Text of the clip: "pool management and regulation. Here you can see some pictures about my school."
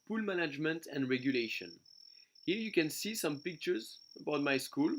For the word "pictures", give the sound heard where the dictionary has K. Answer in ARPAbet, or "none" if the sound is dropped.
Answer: K